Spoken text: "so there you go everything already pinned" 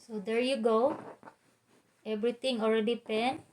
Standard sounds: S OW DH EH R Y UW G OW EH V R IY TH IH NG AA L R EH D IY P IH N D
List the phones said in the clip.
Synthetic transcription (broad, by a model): S OW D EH R Y UW G OW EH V R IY T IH NG AA L R EH D IY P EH N